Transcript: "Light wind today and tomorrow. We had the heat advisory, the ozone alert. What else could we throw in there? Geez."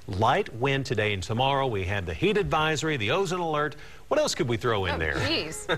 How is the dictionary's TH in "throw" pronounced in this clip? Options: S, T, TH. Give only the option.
TH